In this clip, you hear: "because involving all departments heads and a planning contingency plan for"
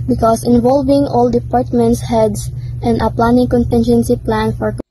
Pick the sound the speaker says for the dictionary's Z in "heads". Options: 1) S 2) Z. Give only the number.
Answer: 1